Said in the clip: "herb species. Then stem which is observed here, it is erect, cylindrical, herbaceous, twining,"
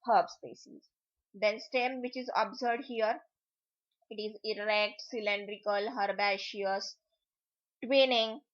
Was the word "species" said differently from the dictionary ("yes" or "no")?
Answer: yes